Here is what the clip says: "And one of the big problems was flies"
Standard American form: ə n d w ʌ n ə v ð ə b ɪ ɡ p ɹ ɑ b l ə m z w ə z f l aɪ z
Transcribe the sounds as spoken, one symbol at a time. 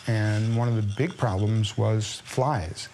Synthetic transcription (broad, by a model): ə n w ʌ n ə v ð ə b ɪ ɡ p ɹ ɑ b l ə m z w ə z f l aɪ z